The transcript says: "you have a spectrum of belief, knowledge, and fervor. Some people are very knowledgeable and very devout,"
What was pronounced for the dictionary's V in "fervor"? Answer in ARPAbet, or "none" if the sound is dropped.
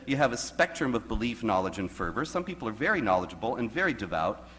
V